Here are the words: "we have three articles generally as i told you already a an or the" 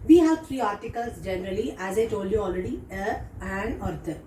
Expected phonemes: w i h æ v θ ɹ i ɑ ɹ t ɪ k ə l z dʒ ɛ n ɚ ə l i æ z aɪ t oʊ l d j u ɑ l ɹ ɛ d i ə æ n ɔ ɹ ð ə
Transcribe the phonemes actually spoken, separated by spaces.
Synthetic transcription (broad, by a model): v i h æ v t ɹ i ɑ ɹ t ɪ k ə l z dʒ ɛ n ɚ ə l i æ z aɪ t oʊ l d j u ɑ l ɹ ɛ d i ə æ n ɔ ɹ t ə